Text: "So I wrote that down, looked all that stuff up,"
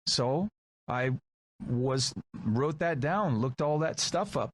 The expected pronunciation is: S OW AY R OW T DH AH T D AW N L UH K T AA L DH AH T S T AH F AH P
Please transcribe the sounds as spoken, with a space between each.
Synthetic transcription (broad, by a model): S OW AY R OW T DH AH T D AW N L UH K T AA L DH AH T S T AH F AH P